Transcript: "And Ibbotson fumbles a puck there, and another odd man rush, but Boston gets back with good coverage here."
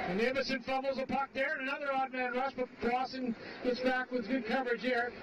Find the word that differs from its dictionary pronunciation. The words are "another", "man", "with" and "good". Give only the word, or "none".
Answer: none